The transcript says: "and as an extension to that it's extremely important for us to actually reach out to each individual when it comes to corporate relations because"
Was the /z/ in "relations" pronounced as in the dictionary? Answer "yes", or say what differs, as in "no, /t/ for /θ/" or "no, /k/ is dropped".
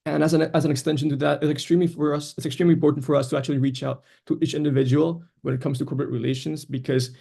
yes